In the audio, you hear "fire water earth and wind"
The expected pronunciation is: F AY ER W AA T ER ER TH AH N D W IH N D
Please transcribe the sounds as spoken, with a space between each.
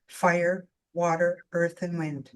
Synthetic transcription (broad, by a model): F AY ER W AA T ER ER TH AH N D W IH N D